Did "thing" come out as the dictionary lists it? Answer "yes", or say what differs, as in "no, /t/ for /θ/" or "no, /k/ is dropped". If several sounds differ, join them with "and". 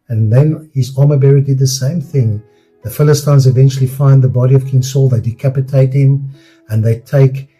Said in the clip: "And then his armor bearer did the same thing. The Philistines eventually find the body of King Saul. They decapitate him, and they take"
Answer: yes